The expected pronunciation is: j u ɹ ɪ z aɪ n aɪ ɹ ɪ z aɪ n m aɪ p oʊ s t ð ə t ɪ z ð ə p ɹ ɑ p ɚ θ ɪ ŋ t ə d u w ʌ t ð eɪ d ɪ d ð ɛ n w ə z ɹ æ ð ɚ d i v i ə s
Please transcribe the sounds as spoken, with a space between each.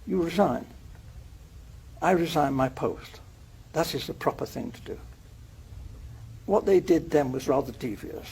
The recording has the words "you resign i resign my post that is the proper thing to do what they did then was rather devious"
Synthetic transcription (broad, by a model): j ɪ ɹ ɪ z aɪ n aɪ ɹ ɪ z aɪ n m aɪ p oʊ s t ð ə t ɪ z ð ə p ɹ ɑ p ɚ θ ɪ ŋ t ə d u w ʌ t ð eɪ d ɪ d ð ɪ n w ə z ɹ æ ð ɚ d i v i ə s